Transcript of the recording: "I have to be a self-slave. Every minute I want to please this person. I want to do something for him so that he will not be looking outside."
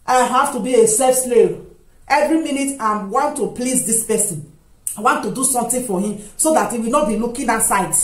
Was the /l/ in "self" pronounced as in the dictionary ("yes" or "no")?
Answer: no